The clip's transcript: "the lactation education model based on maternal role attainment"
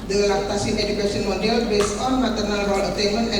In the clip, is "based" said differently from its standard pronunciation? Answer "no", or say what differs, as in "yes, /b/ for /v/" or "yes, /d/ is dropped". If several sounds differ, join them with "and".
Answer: yes, /t/ is dropped